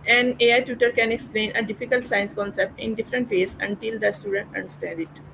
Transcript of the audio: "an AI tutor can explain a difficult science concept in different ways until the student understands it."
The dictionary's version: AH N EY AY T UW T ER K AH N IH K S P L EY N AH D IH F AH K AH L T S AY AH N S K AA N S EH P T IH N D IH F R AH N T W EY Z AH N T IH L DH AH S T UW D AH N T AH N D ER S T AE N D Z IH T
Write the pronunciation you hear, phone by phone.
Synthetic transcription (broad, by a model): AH N EY AY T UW T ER K AH N IH K S P L EY N AH D IH F AH K AH L T S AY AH N S K AA N S EH P T IH N D IH F R AH N T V EY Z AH N T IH L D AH S T UW D AH N T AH N D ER S T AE N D IH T